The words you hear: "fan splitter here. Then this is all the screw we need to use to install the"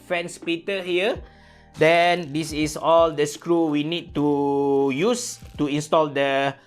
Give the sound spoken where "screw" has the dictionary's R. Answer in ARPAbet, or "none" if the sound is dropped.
R